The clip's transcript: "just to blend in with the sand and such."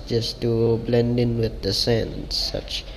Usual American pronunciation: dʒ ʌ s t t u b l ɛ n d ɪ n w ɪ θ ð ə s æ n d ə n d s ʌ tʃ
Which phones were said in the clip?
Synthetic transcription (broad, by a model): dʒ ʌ s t t u b l ɛ n d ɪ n w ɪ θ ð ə s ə n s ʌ tʃ